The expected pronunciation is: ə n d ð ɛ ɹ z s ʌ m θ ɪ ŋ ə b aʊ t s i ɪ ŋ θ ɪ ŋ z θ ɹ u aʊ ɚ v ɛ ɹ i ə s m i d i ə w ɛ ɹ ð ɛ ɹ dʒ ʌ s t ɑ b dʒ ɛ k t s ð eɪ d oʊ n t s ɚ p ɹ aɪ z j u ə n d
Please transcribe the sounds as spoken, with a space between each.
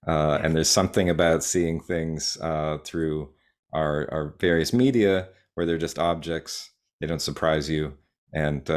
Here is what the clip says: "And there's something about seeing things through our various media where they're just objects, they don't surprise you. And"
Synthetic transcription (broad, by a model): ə n ð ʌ ɹ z s ʌ m θ ɪ ŋ ə b aʊ t s i ɪ ŋ θ ɪ ŋ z θ ɹ u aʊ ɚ v ɛ ɹ i ə s m i d i ə w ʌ ɹ ð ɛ ɹ dʒ ʌ s t ɑ b dʒ ɛ k t s ð eɪ d oʊ n t s ɚ p ɹ aɪ z j u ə n